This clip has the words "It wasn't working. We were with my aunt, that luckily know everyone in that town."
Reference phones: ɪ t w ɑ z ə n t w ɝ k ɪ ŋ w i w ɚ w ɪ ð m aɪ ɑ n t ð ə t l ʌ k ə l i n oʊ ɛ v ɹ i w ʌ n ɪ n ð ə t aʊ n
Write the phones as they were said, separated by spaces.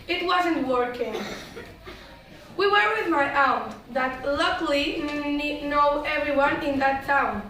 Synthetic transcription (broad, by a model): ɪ t w ɑ z ə n t w ɝ k ɪ ŋ w i w ɚ w ɪ ð m aɪ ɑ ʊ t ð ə t l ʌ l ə n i n oʊ ɛ v ɹ i w ʌ n ɪ n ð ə t aʊ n